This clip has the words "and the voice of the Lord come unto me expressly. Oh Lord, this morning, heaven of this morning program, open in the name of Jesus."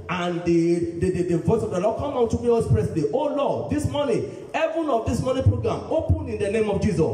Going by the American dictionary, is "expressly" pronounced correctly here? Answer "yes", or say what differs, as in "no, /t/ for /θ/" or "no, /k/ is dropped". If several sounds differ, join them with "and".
no, /k/ is dropped